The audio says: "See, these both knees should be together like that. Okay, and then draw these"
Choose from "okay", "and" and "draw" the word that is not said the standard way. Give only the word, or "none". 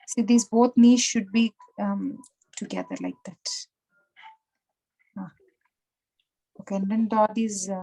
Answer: draw